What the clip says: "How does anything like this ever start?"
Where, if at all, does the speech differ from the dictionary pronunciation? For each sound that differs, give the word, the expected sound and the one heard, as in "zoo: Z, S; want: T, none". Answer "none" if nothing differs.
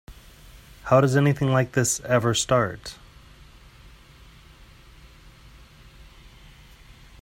none